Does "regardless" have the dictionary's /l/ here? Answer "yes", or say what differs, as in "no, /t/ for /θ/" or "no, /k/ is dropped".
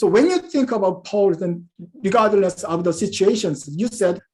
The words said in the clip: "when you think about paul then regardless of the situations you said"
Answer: no, /n/ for /l/